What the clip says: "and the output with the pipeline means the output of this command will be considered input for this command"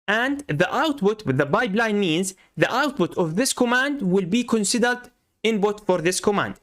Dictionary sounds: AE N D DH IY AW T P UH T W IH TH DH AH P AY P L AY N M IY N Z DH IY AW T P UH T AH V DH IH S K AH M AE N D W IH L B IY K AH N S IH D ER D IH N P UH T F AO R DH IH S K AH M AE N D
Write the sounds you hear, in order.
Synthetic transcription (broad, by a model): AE N D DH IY AW T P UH T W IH DH AH B AY B L AY N M IY N Z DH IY AW T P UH T AH V DH IH S K AH M AE N D W IH L B IY K AH N S IH D ER D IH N B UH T F AO R DH IH S K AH M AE N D